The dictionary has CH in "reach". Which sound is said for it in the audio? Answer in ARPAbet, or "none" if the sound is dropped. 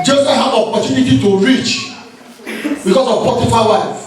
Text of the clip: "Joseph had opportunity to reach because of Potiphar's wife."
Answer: CH